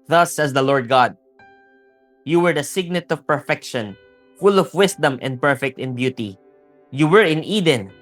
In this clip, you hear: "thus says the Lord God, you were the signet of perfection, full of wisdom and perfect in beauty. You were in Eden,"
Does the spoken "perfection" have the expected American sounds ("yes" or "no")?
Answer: yes